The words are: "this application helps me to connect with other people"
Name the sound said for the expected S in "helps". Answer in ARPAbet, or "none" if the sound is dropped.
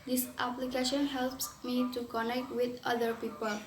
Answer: S